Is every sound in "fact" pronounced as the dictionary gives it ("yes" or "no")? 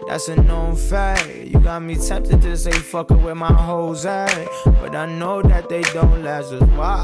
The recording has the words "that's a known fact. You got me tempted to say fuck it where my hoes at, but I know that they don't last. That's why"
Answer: no